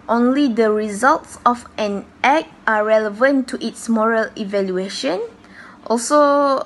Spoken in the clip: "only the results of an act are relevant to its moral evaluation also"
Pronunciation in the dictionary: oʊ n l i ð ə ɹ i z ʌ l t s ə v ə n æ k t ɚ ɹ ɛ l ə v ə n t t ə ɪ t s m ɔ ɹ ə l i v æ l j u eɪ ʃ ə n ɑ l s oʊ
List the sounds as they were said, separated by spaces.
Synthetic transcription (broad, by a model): oʊ n l i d ə ɹ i z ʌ l t s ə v ə n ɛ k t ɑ ɹ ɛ l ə v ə n t t ə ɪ t s m ɔ ɹ ə l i v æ l j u eɪ ʃ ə n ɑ l s oʊ